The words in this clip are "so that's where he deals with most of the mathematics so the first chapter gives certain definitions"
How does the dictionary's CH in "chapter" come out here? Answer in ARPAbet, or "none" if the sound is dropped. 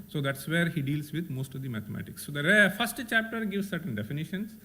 CH